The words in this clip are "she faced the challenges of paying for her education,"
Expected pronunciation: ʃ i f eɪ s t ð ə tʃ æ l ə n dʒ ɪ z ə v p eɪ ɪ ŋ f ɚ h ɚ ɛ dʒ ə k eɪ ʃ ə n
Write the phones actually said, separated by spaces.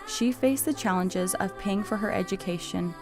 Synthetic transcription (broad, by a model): ʃ i f eɪ s ð ə tʃ æ l ə n dʒ ɪ z ə v p eɪ ɪ ŋ f ɚ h ɚ ɛ dʒ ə k eɪ ʃ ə n